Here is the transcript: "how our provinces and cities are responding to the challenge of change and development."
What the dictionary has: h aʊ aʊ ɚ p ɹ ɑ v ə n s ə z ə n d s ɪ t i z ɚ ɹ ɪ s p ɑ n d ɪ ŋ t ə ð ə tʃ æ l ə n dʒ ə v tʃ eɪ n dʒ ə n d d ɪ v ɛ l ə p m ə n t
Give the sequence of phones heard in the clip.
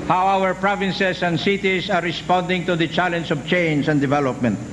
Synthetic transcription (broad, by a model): h aʊ aʊ ɚ p ɹ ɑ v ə n s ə s ə n d s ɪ t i s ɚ ɹ ɪ s p ɑ n d ɪ ŋ t ə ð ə tʃ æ l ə n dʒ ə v tʃ eɪ n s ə n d d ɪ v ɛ l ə p m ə n t